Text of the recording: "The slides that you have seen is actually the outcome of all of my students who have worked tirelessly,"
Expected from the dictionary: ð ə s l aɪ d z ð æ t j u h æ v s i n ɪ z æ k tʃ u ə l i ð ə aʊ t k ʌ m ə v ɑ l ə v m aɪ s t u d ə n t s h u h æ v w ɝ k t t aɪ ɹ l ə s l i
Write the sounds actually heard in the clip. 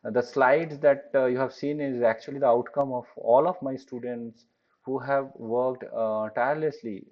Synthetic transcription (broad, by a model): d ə s l aɪ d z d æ t j u h æ v s i n ɪ z æ k tʃ u ə l i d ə aʊ t k ʌ m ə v ɑ l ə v m aɪ s t u d ə n t s h u h æ v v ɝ k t t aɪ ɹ l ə s l i